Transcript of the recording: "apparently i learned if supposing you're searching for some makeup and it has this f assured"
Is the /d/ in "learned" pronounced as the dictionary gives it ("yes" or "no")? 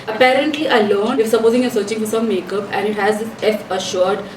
no